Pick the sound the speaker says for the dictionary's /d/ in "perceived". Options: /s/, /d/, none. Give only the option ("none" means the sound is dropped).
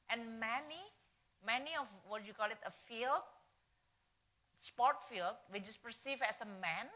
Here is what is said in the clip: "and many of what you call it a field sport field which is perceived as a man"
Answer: none